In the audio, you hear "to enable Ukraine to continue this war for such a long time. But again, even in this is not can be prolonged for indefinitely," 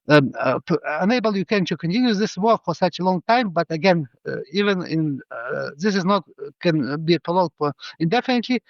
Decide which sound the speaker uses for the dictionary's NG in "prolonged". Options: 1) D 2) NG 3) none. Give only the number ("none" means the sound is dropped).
3